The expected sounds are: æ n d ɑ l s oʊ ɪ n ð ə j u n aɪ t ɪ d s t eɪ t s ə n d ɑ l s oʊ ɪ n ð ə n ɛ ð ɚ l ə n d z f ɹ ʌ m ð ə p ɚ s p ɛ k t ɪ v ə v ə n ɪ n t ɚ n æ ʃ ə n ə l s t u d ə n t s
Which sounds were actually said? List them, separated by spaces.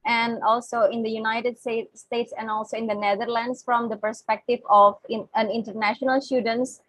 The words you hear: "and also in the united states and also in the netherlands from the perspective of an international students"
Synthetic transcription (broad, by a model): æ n d ɑ l s oʊ ɪ n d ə j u n aɪ t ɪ d s t eɪ t s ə n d ɑ l s oʊ ɪ n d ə n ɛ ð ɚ l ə n d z f ɹ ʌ m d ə p ɚ s p ɛ k t ɪ v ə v ə n ɪ n t ɚ n æ ʃ ə n ə l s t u d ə n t s